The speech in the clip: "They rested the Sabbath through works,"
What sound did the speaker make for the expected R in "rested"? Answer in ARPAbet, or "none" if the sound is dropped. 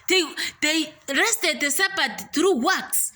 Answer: R